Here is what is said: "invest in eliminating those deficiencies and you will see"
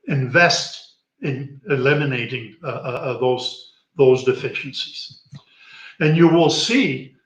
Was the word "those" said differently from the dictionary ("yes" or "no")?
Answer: no